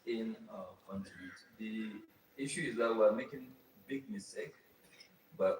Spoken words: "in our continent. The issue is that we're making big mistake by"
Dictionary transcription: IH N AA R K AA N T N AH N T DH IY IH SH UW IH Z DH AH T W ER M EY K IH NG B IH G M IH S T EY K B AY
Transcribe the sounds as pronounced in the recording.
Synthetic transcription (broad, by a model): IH N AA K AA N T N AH T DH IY IH SH UW IH Z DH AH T W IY M EY K IH NG B IH G M IH S T EY K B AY